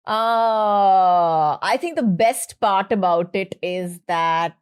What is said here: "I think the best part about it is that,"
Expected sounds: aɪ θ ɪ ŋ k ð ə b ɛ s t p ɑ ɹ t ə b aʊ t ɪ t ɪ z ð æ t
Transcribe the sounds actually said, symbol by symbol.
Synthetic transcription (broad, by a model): aɪ t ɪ ŋ k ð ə b ɛ s t p ɑ ɹ t ə b aʊ t ɪ t ɪ z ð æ t